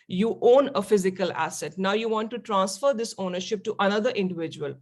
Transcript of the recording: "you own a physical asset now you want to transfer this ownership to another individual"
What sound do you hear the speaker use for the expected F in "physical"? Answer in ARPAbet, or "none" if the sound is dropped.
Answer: F